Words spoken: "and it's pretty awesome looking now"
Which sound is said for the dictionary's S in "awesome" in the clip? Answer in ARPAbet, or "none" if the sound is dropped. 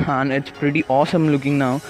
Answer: S